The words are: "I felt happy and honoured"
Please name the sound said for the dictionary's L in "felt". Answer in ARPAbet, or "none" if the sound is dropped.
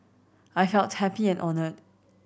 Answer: L